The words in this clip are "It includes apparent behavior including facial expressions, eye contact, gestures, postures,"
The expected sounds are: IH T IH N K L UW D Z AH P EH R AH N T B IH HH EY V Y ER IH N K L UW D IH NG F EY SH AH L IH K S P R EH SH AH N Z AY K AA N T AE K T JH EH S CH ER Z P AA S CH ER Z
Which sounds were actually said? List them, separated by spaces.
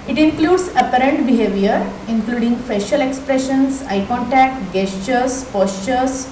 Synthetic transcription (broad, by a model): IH T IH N K L UW D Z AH P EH R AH N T B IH HH EY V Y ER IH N K L UW D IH NG F EY SH AH L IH K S P R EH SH AH N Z AY K AA N T AE K T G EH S CH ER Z P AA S CH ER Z